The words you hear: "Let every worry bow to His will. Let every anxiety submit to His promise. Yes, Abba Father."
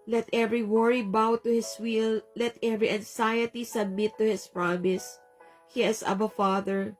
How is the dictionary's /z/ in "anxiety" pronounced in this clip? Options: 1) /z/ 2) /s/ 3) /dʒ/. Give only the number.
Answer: 2